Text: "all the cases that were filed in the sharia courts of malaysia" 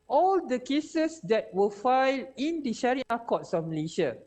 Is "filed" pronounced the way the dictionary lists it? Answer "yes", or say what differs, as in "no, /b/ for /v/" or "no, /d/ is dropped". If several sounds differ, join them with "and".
no, /d/ is dropped